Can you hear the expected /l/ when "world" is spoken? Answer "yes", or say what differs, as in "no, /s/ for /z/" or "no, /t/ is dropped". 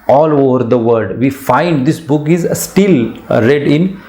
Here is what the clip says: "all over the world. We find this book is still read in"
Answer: no, /l/ is dropped